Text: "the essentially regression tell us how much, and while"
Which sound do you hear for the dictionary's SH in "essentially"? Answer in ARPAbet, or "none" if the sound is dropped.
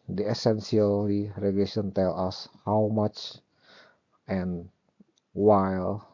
S